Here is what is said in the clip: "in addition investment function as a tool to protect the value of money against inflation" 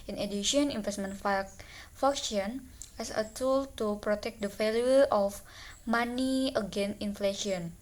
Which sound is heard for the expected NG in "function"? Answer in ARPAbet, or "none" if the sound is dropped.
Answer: none